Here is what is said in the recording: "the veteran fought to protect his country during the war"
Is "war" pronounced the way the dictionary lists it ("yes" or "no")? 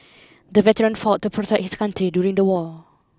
no